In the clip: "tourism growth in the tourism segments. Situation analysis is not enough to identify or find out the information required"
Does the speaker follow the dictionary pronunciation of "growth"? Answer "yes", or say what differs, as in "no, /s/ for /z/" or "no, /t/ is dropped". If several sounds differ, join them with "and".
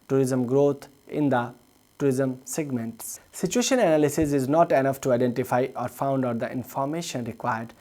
no, /t/ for /θ/